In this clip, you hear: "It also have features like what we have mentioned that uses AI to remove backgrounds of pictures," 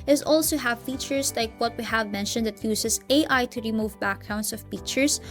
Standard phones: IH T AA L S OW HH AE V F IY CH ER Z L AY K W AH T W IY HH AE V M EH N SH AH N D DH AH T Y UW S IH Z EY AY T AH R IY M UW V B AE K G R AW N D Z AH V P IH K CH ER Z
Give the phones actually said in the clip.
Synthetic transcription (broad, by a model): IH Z AA L S OW HH AE V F IY CH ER S L AY K W AH T W IY HH AE V M EH N SH AH N D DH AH T Y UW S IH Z EY AY T AH R IY M UW V B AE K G R AW N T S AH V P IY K CH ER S